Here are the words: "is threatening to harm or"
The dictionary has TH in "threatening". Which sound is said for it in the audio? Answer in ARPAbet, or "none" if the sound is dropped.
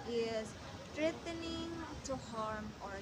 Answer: T